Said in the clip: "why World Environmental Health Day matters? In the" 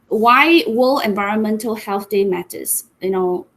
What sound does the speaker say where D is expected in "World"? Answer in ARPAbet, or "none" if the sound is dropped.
none